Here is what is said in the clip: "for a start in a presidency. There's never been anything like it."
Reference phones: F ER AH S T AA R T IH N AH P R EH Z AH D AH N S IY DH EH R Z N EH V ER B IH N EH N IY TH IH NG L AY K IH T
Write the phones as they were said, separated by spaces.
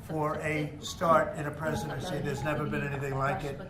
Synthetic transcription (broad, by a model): F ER AH S T AA R T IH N AH P R EH Z AH D AH N S IY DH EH R Z N EH V ER B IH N EH N IY TH IH NG L AY K IH T